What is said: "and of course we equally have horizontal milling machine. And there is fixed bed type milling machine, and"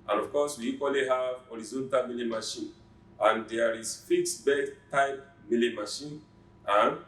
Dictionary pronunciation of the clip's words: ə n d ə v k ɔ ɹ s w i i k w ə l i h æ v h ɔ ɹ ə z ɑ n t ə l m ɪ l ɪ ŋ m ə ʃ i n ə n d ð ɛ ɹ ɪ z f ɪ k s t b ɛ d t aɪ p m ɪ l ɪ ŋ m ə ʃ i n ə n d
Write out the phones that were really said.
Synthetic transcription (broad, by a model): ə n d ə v k ɔ s w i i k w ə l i h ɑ v h ɔ ɹ ə z ɑ n t ə l m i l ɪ m ə ʃ i n ə n d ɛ ɹ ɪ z f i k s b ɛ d t aɪ p m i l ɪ m ə ʃ i n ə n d